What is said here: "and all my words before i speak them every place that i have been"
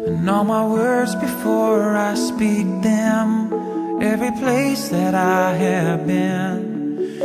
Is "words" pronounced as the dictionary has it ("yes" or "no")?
yes